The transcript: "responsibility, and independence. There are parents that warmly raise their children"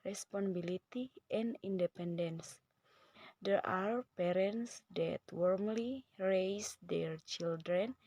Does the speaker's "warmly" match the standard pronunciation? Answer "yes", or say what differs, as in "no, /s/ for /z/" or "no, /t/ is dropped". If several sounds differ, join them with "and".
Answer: yes